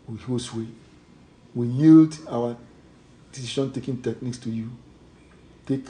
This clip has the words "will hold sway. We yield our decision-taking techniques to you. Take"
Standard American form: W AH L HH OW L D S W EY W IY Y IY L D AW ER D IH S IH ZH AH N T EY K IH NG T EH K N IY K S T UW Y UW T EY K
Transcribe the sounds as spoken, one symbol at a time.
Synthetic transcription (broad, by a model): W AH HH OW S W EY W IY Y IY L D AW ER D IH S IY SH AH N T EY K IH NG T EH K N IY K S T UW Y UW T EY K